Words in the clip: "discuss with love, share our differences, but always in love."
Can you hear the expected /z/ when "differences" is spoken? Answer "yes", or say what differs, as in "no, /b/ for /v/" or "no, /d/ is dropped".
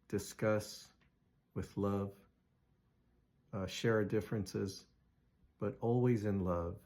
yes